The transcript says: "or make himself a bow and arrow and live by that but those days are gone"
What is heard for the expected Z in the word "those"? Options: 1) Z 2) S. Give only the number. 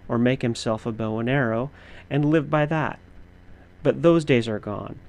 1